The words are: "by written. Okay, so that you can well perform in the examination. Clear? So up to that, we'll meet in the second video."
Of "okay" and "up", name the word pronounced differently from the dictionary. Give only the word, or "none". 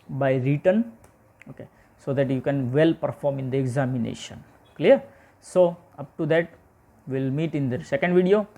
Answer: none